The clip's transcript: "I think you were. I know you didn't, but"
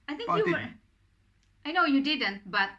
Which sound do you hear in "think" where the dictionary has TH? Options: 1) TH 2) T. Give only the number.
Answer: 2